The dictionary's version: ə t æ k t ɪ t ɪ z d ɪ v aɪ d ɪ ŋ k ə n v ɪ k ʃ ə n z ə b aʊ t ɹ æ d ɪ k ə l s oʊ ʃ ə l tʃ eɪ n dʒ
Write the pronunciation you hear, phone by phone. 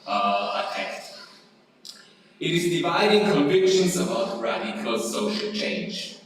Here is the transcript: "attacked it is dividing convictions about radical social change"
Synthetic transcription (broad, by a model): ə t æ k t ɪ t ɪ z d ɪ v aɪ d ɪ ŋ k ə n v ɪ k ʃ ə n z ə b aʊ t ɹ æ d ɪ k ə l s oʊ ʃ ə l tʃ eɪ n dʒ